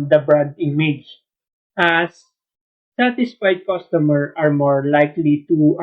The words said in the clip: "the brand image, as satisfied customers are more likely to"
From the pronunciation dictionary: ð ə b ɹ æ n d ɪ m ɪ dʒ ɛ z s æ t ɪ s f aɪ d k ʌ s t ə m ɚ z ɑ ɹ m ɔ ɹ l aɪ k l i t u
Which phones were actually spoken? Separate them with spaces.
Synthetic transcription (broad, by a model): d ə b ɹ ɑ d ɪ m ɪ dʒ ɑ s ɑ t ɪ s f aɪ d k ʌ s t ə m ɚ ɑ ɹ m ɔ ɹ l aɪ k l i t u